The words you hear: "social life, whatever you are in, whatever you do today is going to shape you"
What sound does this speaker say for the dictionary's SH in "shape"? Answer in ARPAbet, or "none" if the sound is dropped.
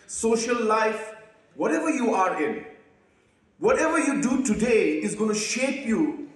SH